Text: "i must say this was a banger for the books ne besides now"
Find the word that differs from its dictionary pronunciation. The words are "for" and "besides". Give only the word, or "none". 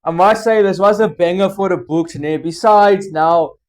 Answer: none